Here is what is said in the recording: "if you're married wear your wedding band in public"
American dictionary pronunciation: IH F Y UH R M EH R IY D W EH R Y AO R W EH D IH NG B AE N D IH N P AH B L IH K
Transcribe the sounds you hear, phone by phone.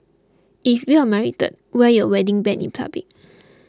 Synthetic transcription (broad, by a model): IH F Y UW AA M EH R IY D W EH Y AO W EH D IH NG B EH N IH N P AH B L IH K